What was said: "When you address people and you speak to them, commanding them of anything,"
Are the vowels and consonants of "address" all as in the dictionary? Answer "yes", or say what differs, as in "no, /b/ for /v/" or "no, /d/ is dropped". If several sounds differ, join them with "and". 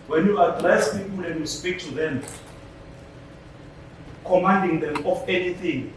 no, /l/ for /ɹ/